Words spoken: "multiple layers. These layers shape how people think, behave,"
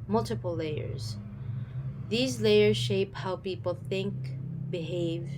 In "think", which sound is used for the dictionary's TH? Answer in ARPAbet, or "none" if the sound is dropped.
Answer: TH